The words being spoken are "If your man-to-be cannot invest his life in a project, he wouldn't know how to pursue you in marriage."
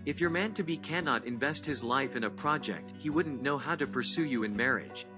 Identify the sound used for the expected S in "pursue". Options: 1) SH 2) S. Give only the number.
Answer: 2